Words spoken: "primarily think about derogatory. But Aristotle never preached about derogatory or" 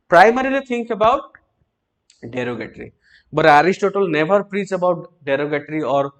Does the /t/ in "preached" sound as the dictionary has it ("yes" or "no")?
no